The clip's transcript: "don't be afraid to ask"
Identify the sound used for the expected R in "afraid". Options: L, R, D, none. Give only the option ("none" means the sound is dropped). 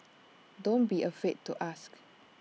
none